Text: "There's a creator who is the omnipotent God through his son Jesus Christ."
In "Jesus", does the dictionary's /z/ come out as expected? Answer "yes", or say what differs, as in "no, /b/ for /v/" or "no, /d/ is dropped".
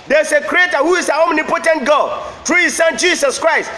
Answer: no, /s/ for /z/